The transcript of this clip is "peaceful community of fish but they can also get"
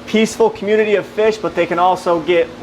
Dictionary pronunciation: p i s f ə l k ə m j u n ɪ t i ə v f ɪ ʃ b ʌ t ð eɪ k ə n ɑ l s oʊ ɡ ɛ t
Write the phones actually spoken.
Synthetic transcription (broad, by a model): p i s f l k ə m j u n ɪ t i ə v f ɪ ʃ b ʌ t ð eɪ k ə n ɑ l s oʊ ɡ ɛ t